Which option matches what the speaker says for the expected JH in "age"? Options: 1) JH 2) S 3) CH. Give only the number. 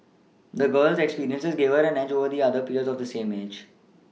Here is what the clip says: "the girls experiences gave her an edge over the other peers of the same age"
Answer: 1